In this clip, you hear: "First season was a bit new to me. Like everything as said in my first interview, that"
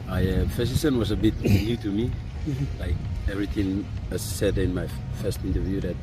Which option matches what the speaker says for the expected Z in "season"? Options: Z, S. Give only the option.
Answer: S